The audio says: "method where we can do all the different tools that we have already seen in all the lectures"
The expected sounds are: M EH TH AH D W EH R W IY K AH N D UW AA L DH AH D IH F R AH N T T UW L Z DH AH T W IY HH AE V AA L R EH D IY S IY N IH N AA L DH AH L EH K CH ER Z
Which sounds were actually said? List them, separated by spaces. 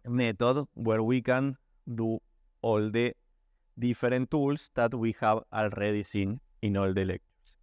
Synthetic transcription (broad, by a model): M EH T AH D W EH R W IY K AH N D UW AA L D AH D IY F R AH N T T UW L S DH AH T W IY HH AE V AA L R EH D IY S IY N IH N AA L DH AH L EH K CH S